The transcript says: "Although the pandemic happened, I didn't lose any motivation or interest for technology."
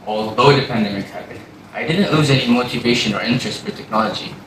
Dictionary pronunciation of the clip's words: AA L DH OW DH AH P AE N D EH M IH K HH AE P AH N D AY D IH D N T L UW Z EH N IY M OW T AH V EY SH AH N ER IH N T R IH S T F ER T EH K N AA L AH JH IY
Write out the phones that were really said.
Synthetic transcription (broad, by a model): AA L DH OW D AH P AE N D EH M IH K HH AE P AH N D AY D IH D N T L UW Z EH N IY M OW T AH V EY SH AH N ER IH N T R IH S T F ER T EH K N AA L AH JH IY